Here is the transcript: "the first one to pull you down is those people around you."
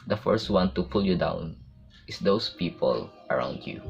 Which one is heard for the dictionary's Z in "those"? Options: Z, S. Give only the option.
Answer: S